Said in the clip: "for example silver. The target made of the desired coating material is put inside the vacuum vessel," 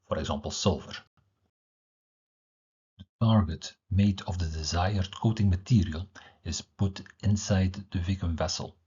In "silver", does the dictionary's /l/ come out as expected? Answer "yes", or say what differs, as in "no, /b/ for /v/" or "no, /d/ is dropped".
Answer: yes